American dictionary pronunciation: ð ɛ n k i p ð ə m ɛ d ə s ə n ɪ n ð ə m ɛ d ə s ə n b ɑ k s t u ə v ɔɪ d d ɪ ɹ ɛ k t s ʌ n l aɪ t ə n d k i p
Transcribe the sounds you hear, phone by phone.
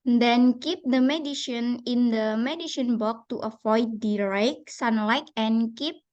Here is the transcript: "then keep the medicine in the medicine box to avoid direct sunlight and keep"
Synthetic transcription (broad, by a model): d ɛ n k i p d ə m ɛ d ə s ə n ɪ n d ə m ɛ d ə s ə n b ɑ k t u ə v ɔɪ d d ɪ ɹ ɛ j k s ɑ n l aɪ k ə n k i p